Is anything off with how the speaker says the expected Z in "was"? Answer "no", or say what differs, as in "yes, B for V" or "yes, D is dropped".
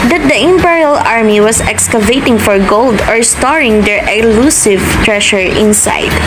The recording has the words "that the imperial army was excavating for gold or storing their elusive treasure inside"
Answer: yes, S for Z